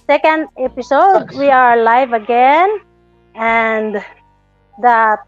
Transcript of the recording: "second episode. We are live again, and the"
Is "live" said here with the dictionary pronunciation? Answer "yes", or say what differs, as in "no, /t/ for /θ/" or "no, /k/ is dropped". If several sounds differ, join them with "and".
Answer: yes